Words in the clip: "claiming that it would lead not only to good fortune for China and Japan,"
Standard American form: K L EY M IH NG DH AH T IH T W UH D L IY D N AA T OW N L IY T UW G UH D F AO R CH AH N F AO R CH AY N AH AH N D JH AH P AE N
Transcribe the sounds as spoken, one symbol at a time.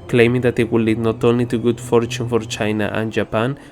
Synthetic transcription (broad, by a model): K L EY M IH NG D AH T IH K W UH L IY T N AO T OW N IY T UW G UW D F AO R CH AH N F AO R CH AY N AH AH N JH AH P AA N